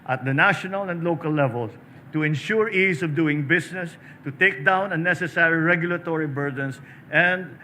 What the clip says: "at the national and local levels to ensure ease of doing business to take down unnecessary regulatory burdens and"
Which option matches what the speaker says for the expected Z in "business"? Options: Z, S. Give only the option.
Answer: S